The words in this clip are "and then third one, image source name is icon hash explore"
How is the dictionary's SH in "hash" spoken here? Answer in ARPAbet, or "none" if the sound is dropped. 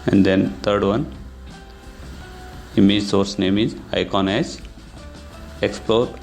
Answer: S